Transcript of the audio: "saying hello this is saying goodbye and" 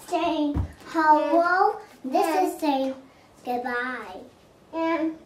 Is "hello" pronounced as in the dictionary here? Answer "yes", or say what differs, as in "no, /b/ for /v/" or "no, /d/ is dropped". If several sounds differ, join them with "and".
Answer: no, /w/ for /l/